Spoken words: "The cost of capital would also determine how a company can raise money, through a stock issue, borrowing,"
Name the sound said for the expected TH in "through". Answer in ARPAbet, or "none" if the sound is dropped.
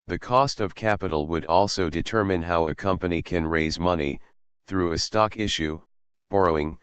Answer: TH